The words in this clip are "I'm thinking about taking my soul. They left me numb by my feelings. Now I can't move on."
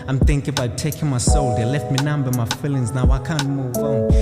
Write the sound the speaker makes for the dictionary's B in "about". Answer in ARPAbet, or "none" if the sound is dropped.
none